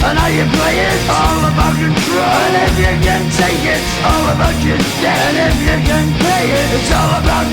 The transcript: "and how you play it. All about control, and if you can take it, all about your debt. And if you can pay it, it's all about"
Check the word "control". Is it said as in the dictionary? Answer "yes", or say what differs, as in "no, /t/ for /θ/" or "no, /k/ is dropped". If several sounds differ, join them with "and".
no, /n/ is dropped